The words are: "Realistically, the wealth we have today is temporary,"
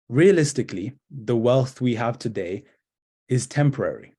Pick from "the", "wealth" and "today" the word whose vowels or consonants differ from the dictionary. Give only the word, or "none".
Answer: none